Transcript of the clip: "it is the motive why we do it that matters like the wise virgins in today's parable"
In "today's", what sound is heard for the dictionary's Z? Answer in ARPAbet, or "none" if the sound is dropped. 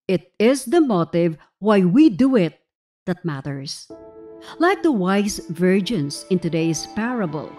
S